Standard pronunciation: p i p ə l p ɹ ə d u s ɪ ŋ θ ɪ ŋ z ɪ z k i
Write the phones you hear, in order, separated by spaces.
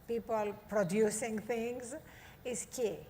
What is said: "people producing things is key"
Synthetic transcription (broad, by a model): p i p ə l p ɹ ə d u s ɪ ŋ t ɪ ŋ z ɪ s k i